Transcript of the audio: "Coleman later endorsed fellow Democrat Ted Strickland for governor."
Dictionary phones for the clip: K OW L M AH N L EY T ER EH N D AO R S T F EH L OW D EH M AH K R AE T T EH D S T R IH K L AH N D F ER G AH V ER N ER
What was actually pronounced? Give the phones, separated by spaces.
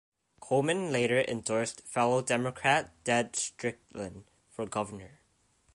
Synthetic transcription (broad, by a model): K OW M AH N L EY T ER EH N D AO R S T F EH L OW D EH M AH K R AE T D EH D S T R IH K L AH N F ER G AH V ER N ER